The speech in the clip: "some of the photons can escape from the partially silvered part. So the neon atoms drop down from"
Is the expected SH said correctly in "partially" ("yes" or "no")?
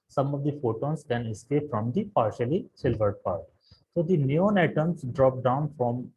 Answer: yes